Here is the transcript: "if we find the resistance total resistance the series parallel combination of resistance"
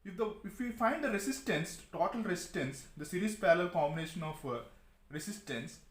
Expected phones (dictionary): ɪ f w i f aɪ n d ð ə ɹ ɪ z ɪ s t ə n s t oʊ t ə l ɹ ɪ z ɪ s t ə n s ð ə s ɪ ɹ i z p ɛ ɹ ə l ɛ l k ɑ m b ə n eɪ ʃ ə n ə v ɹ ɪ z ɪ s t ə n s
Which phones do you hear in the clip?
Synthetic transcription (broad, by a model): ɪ f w i f aɪ n d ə ɹ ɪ s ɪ s t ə n s t oʊ t ə l ɹ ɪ s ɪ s t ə n s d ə s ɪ ɹ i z p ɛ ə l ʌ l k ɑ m ə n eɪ ʃ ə n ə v ɹ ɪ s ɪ s t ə n s